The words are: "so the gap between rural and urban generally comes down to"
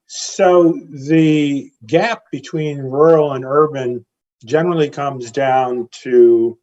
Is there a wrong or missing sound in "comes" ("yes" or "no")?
no